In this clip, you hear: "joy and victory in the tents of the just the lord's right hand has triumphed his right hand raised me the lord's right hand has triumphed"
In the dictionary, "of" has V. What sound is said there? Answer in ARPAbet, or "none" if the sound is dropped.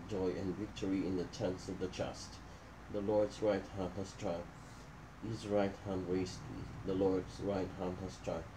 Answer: V